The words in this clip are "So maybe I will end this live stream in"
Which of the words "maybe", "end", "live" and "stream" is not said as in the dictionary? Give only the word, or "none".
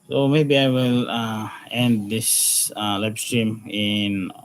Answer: live